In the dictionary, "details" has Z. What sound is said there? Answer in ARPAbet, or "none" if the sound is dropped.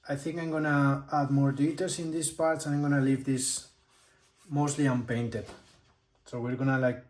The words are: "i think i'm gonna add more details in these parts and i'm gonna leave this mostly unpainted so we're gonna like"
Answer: S